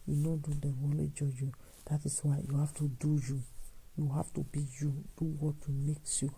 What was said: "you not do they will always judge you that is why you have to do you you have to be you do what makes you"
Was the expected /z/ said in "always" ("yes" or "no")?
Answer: no